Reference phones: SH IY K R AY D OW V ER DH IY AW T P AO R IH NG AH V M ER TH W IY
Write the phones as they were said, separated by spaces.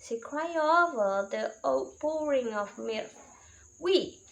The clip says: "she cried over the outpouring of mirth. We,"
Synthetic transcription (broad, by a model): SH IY K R AY OW V ER DH IY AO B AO R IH NG AH V M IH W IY